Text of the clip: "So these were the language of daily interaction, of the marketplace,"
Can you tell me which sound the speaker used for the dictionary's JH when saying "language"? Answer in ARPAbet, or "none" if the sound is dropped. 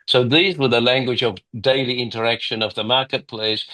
JH